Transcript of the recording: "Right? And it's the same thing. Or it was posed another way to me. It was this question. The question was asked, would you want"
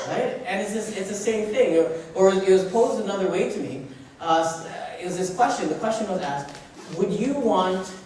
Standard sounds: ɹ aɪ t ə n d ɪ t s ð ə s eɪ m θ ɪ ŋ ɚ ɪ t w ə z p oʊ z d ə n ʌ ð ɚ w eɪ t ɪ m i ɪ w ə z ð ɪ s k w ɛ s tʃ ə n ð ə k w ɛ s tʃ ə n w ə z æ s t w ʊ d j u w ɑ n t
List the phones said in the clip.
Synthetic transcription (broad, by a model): ɹ aɪ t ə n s ɪ t s ð ə s eɪ m θ ɪ ŋ ɚ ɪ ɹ w ə z p oʊ z d ə n ʌ ð ɚ w eɪ t ɪ m i ɪ w ə z ð ɪ s k w ɛ s tʃ ə n ð ə k w ɛ s tʃ ə n w ə z æ s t w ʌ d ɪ w ɑ n t